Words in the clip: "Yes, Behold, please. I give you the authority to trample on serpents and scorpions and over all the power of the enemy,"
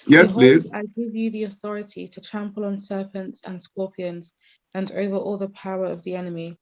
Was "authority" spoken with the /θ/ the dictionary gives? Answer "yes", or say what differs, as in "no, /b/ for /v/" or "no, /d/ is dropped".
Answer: yes